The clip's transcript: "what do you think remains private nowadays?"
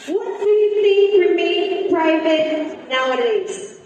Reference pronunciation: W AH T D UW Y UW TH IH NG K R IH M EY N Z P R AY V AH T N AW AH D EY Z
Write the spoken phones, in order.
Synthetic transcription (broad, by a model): W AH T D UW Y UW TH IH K R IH M EY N P R AY V AH T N AW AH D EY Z